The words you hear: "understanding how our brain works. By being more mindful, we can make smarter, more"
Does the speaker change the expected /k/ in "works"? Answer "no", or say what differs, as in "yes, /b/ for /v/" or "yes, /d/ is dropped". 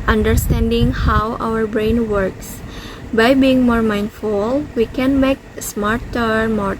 no